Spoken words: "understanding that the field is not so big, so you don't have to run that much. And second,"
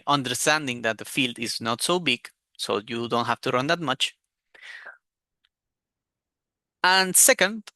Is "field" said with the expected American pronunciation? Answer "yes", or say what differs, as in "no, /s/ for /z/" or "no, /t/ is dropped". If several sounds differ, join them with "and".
yes